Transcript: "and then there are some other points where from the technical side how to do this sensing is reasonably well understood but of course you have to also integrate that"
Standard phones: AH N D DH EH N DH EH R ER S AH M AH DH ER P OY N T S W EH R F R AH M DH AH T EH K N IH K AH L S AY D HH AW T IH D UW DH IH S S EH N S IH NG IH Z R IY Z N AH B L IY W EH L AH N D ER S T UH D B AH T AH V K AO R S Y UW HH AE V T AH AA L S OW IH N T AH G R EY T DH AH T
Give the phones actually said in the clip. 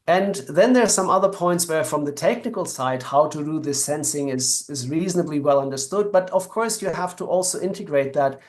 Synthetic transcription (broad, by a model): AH N DH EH N DH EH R S AH M AH DH ER P OY N T S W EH R F R AH M DH AH T EH K N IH K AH L S AY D HH AW T IH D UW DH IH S S EH N S IH NG IH Z R IY Z N AH B L IY W EH L AH N D ER S T UH D B AH T AH V K AO R S Y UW HH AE F T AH AA L S OW IH N T AH G R EY T DH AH T